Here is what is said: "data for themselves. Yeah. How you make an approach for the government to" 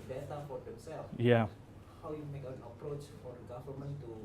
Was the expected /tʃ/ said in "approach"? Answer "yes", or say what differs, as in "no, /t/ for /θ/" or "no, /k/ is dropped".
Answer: yes